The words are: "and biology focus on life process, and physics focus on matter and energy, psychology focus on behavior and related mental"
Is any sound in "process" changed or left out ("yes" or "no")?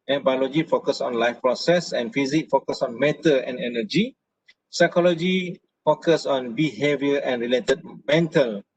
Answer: no